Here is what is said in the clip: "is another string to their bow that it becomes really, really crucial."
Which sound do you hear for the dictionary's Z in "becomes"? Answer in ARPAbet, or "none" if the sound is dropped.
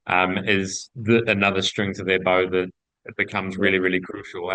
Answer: Z